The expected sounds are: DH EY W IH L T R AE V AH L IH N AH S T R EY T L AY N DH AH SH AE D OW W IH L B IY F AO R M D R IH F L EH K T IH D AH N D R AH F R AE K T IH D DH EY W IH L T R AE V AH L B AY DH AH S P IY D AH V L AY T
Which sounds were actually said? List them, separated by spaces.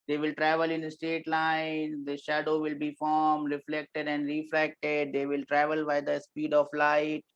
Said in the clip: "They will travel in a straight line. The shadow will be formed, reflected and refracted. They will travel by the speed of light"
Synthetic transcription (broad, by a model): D EY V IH L T R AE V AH L IH N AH S T EY T L AY N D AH SH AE D OW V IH L B IY F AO R M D R IH F L EH K T IH D AH N D R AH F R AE K T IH D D EY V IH L T R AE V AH L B AY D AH S P IY D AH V L AY T